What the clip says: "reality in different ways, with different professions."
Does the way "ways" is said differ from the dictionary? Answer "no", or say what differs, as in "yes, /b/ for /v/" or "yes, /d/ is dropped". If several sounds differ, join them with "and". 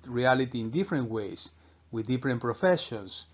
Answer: yes, /s/ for /z/